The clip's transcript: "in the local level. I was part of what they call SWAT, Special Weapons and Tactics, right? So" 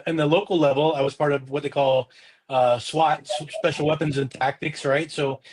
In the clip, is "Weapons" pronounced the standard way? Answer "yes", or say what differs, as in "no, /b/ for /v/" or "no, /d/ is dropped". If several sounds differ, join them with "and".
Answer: yes